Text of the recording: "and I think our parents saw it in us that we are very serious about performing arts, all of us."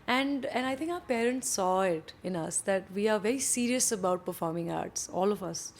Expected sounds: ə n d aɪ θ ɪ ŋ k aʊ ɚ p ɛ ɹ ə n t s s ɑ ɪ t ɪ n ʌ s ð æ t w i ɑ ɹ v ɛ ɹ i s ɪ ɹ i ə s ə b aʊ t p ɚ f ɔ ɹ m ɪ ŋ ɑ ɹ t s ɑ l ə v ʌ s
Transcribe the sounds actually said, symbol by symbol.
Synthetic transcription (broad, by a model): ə n d aɪ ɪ ŋ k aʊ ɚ p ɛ ɹ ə n t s s ɑ ɪ t ɪ n ʌ s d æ t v i ɑ ɹ v ɛ ɹ i s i ɹ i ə s ə b aʊ t p ɚ f ɔ ɹ m ɪ ŋ ɑ ɹ t s ɑ l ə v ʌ s